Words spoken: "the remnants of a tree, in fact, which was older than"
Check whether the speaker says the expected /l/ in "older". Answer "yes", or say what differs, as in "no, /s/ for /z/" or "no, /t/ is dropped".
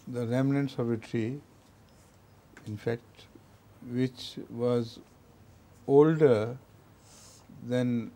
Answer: yes